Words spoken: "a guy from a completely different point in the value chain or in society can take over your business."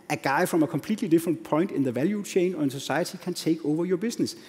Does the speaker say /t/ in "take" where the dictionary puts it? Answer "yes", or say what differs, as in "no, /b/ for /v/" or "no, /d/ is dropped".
no, /s/ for /t/